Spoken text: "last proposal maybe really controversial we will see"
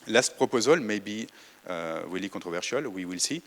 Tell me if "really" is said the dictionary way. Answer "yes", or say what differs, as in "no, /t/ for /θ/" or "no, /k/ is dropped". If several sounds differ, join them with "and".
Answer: no, /w/ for /ɹ/